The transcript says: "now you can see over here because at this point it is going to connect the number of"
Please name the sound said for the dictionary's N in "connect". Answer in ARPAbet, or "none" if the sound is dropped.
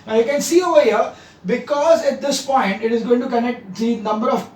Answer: N